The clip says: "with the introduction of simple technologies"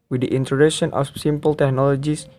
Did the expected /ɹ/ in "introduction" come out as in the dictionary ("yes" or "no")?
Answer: no